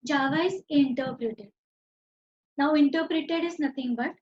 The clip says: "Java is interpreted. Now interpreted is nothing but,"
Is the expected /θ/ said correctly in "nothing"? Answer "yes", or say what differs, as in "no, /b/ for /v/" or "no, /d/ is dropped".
no, /t/ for /θ/